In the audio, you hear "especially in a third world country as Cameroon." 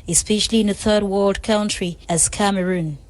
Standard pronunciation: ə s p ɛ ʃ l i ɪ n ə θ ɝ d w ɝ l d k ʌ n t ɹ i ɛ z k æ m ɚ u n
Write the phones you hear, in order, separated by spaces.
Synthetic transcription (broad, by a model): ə s p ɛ ʃ l i ɪ n ə θ ɝ d w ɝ l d k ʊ n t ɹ i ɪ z k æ m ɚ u n